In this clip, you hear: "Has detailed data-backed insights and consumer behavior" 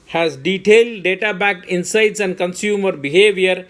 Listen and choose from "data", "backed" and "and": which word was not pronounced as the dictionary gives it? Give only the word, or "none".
backed